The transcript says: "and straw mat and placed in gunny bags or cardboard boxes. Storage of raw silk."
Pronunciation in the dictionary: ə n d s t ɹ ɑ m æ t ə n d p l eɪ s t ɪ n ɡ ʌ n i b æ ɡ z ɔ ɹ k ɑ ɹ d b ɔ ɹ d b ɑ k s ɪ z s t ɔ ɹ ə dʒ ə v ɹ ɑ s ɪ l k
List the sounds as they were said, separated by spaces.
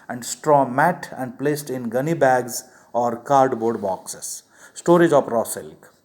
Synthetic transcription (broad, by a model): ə n d s t ɹ ɑ m æ t ə n d p l eɪ s t ɪ n ɡ ʌ n i b æ ɡ z ɔ ɹ k ɑ ɹ d b ɔ ɹ d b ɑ k s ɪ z s t ɔ ɹ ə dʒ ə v ɹ ɑ s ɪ l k